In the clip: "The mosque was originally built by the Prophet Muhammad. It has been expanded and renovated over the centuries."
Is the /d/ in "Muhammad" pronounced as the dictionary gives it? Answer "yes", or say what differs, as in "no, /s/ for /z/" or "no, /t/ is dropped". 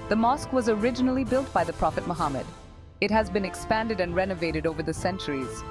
yes